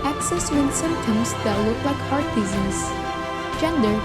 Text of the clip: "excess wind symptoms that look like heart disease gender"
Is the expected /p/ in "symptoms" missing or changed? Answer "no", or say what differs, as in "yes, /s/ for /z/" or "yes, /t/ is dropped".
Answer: yes, /p/ is dropped